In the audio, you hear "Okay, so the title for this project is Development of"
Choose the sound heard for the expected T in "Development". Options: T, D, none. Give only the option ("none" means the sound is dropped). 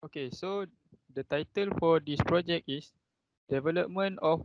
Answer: none